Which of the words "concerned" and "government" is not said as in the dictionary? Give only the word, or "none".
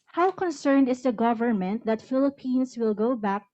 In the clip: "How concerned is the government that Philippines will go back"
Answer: none